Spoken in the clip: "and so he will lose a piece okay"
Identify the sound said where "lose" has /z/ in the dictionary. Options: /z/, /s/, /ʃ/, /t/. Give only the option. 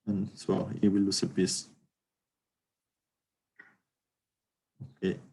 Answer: /s/